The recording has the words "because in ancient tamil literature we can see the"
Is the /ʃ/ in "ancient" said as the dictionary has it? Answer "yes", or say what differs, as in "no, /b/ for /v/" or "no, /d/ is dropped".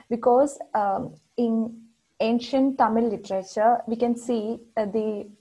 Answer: yes